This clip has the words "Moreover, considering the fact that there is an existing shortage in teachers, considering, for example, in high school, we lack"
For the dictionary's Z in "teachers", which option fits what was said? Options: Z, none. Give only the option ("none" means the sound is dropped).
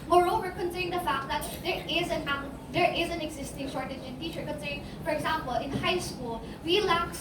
none